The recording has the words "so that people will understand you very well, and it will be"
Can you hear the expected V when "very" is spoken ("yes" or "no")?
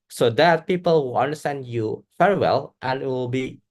no